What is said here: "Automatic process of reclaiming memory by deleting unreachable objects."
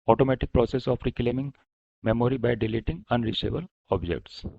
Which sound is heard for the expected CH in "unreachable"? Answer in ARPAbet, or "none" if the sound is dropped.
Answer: S